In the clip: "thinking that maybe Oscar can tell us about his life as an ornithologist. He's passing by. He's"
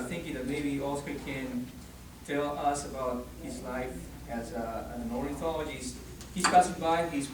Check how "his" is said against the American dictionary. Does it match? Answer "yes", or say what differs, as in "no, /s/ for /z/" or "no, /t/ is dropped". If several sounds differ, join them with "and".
yes